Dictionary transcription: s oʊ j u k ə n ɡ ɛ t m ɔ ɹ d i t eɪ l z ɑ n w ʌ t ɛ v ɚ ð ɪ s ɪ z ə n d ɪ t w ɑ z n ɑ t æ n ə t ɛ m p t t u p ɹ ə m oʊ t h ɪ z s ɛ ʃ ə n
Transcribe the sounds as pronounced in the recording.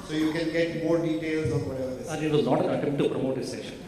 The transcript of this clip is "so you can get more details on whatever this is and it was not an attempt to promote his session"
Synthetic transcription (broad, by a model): s oʊ j u k ə n ɡ ɛ t m ɔ ɹ d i t eɪ l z ɑ n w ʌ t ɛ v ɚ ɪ ɪ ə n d ɪ t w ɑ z n ɑ t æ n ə t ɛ m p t t u p ɹ ə m oʊ t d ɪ s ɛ ʃ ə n